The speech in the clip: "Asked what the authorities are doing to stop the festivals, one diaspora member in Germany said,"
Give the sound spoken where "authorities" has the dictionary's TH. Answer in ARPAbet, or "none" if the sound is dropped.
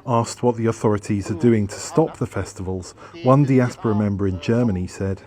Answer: TH